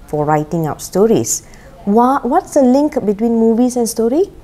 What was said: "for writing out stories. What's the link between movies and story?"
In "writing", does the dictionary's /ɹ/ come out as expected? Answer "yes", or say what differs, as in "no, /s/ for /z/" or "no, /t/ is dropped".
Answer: yes